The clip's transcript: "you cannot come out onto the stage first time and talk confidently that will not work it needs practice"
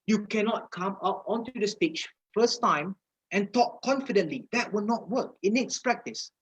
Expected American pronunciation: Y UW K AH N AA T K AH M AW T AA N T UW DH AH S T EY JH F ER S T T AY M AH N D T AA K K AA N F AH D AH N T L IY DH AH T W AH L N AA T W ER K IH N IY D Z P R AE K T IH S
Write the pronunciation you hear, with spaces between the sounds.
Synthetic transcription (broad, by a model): Y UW K AH N AA T K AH M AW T AA N T UW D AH S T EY CH F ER S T T AY M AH N T AA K K AA N F AH D AH N T L IY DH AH T W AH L N AA T W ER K IH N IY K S P R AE K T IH S